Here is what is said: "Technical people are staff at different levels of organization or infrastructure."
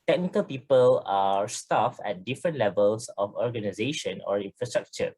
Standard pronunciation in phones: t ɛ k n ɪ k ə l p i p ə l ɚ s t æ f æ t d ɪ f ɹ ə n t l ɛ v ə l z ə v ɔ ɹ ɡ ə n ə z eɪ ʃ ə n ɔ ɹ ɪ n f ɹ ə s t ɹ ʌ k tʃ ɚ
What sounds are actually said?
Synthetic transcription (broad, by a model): t ɛ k n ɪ k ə l p i p ə l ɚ s t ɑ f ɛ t d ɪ f ɹ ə n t l ɛ v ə l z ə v ɔ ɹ ɡ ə n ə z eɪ ʃ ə n ɔ ɹ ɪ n f ɹ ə s t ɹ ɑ k tʃ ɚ